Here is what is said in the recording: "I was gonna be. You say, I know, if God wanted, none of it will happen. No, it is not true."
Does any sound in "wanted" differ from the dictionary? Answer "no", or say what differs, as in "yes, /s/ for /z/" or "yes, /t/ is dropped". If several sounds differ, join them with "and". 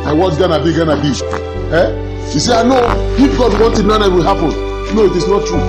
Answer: no